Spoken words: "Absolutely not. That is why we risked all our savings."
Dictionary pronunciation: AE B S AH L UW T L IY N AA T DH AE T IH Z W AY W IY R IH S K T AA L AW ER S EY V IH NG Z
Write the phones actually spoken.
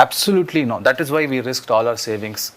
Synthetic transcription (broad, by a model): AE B S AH L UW T L IY N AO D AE T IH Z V AY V IY R IH S K T AA L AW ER S EY V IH NG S